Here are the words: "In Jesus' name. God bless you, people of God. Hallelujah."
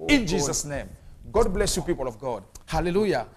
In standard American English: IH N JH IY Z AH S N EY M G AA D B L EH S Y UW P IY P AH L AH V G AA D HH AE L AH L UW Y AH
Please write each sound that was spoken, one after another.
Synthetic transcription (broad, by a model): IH N JH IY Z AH S N EY M G AA D B L EH S Y UW P IY P AH L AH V G AA D HH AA L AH L UW Y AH